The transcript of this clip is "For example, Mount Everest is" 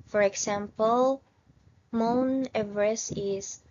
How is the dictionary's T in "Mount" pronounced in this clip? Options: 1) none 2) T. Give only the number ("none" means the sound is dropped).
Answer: 1